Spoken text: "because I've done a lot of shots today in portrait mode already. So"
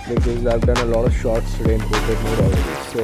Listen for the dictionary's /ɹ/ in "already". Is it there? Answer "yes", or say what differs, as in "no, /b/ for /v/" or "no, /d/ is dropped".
no, /ɹ/ is dropped